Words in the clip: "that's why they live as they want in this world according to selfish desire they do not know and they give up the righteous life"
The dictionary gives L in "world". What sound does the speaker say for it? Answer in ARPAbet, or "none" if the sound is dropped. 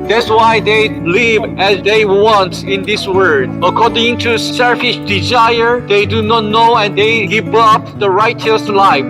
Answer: none